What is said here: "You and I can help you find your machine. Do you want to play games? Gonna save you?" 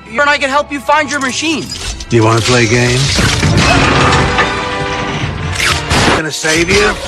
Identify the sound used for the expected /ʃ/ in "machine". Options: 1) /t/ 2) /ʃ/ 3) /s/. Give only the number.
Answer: 2